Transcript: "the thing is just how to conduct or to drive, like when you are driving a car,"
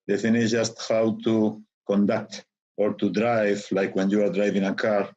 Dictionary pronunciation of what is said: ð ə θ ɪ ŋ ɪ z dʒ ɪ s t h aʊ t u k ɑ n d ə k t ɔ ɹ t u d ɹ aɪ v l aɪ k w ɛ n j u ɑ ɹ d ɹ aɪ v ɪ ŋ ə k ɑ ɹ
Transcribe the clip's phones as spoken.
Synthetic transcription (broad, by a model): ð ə f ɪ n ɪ dʒ ɪ s t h aʊ t u k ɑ n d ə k t ɔ ɹ t u d ɹ aɪ v l aɪ k w ɛ n j u ɑ ɹ d ɹ aɪ v ɪ ŋ ə k ɑ ɹ